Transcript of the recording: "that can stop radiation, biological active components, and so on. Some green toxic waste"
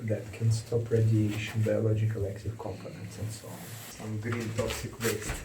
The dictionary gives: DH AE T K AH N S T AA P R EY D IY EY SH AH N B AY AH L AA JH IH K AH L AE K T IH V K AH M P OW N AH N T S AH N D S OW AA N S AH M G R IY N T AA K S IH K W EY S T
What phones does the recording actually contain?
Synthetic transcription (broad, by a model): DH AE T K AH N S T AA P R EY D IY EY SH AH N B AY AH L AA JH IH K AH L AE K T IH V K AH M P OW N AH N T S AH N D S OW AA N S AH M G R IY N T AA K S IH K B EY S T